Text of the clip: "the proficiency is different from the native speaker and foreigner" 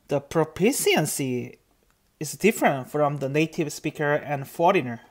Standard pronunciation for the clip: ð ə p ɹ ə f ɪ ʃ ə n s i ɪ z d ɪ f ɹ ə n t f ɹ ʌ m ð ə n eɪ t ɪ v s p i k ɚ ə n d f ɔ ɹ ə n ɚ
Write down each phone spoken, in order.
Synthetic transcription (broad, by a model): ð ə p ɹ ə p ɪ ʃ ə n s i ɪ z d ɪ f ɹ ə n t f ɹ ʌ m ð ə n eɪ t ɪ v s p i k ɚ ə n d f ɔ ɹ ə n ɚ